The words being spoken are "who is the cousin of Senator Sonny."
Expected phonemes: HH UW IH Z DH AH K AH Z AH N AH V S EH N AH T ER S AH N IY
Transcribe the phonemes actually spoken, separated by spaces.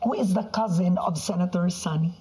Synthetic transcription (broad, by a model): HH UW IH Z DH AH K AH Z AH N AH V S EH N AH T ER S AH N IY